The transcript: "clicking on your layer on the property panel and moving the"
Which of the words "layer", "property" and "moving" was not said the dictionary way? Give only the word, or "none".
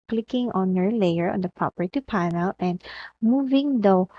property